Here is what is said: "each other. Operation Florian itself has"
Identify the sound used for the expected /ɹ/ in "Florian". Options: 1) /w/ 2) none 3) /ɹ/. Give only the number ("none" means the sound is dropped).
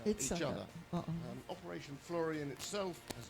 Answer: 3